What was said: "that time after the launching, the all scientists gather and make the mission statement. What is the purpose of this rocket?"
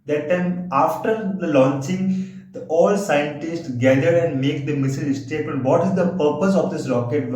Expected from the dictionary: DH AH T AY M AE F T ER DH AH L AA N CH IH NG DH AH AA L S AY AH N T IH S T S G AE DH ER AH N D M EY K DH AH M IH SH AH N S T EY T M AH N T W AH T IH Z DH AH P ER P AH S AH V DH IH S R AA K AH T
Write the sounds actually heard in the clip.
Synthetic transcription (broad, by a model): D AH T AY M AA F T ER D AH L AA N CH IH NG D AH AA L S AY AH N T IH S T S G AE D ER AH N D M EY K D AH M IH S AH L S T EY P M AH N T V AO T IH Z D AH P ER P AH S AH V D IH S R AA K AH T